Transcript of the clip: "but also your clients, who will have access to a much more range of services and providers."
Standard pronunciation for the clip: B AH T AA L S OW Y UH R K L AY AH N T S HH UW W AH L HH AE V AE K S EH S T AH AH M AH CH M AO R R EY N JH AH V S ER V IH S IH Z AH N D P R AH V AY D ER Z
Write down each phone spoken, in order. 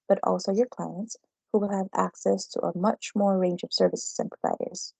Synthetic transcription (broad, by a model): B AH T AA L S OW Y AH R K L AY AH N T S HH UW W AH L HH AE V AE K S EH S T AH AH M AH CH M AO R R EY N JH AH V S ER V IH S IH Z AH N P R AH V AY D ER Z